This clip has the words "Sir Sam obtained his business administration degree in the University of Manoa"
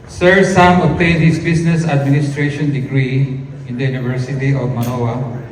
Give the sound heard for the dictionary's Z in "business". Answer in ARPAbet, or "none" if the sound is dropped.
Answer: S